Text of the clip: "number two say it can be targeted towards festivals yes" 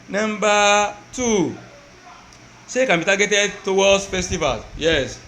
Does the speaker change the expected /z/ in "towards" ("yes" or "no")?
yes